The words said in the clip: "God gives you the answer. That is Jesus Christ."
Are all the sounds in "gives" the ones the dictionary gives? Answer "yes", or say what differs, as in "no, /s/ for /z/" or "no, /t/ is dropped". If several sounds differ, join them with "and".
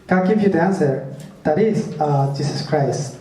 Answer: no, /z/ is dropped